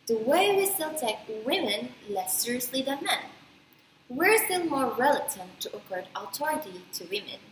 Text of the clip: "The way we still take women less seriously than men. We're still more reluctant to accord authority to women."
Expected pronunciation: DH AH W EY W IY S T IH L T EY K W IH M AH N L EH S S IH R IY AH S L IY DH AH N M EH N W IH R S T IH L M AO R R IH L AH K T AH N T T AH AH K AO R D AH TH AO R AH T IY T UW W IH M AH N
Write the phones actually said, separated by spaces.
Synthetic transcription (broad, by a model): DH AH W EY W IY S T IH L T EY K W IH M AH N L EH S S IH R IY AH S L IY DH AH N M EH N W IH R S T IH L M AO R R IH L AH T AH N T T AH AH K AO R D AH T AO R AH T IY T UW W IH M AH N